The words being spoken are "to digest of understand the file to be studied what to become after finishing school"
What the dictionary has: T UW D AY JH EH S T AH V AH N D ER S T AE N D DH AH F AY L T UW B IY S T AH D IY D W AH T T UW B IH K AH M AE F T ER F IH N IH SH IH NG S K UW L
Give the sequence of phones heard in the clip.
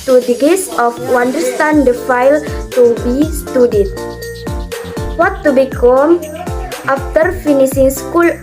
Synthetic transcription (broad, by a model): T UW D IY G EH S AH W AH N D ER S T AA N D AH F AY L T UW B IY S T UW D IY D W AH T T UW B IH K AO M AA F T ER F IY N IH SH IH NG S K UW L